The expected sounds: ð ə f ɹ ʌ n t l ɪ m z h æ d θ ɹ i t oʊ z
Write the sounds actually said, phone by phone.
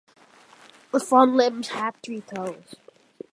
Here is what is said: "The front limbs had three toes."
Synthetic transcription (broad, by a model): ð ə f ʌ n l ɪ m z h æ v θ ɹ i t oʊ z